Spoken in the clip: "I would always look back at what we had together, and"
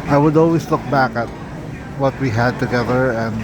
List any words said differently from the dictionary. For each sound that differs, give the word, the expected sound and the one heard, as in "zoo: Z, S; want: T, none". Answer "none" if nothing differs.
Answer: always: Z, S